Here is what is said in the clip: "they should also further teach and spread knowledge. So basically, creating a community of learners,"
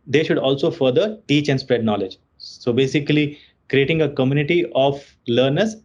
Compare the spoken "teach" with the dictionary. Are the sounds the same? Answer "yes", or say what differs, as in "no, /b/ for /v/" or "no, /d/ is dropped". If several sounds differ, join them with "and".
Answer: yes